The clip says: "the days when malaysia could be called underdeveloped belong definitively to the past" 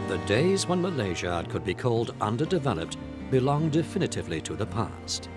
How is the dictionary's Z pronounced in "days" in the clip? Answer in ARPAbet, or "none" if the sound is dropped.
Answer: Z